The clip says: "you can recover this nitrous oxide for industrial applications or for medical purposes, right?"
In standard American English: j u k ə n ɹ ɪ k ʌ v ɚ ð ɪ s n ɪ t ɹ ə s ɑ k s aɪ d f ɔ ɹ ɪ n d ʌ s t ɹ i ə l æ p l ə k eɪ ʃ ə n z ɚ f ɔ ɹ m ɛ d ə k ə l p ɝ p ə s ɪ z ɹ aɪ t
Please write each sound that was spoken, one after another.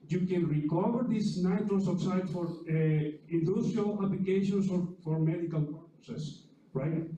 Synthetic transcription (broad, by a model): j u k ə n ɹ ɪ k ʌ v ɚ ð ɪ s n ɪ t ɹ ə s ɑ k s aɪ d f ɔ ɹ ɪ n d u s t ɹ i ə l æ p l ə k eɪ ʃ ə n s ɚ f ɔ ɹ m ɛ d ə k ə l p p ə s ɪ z ɹ aɪ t